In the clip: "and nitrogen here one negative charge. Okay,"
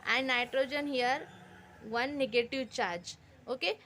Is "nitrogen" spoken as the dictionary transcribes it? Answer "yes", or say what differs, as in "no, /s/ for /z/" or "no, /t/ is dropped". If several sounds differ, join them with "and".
yes